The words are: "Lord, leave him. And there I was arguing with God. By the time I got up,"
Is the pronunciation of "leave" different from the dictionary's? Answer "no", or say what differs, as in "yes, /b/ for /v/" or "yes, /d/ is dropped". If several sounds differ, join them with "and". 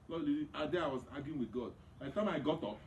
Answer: yes, /v/ is dropped